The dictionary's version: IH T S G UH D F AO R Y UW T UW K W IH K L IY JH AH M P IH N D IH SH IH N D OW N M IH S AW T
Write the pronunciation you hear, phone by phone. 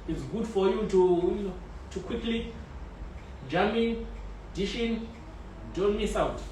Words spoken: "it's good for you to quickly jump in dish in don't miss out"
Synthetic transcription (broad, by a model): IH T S G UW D F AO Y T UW T UW K W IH K L IY JH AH M IH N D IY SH IH N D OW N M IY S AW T